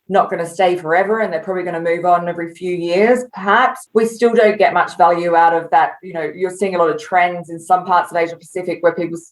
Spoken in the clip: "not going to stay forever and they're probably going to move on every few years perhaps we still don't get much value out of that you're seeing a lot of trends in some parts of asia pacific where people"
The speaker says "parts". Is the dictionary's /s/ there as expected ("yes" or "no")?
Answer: yes